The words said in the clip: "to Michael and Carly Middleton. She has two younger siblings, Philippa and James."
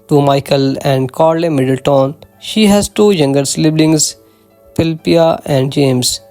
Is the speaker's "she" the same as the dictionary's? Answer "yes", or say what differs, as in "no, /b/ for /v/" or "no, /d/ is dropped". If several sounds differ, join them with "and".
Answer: yes